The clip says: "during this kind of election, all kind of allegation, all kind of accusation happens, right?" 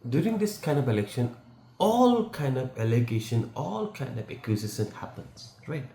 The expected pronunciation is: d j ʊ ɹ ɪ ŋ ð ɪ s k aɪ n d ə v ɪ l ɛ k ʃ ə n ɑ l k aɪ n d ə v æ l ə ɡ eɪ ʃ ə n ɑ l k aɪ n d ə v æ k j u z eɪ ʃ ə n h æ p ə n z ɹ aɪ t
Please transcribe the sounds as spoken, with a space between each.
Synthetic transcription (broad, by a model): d j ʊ ɹ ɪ ŋ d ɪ s k aɪ n d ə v ɪ l ɛ k ʃ ə n ɑ l k aɪ n d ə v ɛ l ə ɡ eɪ ʃ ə n ɑ l k aɪ n d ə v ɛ k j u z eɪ s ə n h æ p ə n s ɹ aɪ t